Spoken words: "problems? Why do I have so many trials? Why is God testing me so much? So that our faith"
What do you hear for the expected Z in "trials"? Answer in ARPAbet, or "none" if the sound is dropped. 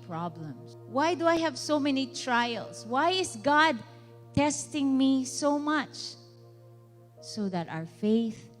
S